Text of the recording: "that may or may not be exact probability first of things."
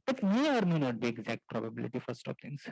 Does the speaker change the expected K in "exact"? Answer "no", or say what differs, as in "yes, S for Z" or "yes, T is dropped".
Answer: no